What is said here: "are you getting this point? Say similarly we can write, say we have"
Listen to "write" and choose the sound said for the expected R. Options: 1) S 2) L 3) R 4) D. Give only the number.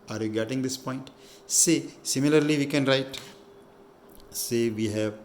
3